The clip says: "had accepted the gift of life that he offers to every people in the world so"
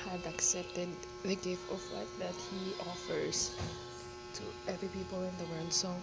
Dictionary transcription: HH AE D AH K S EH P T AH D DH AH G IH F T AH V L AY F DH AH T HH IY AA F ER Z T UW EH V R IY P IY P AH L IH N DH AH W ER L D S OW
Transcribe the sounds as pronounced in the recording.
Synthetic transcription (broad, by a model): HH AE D AH K S EH P T AH D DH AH G IH F T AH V W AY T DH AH T HH IY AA F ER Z T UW EH V R IY P IY P AH L IH N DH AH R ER N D S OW